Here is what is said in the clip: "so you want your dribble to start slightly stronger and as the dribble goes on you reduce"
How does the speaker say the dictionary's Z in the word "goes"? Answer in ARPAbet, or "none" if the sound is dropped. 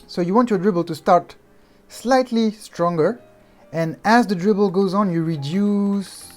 Z